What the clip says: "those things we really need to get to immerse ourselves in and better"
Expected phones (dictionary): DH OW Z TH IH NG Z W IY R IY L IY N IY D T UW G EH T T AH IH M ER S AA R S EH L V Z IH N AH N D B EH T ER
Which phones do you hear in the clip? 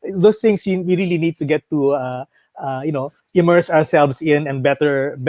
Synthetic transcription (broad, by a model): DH OW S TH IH NG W W IY R IY L IY N IY D T UW G EH T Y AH IH M ER S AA R S EH L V S IH N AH N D B EH T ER